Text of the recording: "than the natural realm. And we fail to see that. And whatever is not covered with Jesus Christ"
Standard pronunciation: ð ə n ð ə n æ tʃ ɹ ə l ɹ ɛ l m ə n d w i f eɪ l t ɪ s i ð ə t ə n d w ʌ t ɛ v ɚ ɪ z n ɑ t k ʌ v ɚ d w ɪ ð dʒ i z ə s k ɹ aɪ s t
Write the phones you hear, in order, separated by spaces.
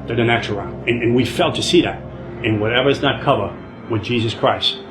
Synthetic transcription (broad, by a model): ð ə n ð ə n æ tʃ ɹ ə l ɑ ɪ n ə n w i f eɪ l t ɪ s i ð ə t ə n w ʌ t ɛ v ɚ ɪ z n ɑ t k ʌ v ɚ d w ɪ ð dʒ i z ə s k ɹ aɪ s t